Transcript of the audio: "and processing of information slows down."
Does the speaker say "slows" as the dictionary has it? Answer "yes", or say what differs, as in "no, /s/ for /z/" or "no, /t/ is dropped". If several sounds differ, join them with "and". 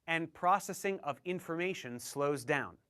yes